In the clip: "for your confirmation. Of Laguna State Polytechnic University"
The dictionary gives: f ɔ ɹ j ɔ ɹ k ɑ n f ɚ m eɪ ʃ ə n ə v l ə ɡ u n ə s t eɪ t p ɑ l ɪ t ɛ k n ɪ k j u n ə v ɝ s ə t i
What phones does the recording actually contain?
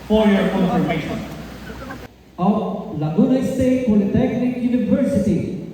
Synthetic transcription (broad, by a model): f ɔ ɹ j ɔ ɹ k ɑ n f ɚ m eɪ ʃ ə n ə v l ə ɡ u n ə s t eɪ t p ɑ n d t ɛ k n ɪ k j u n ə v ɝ s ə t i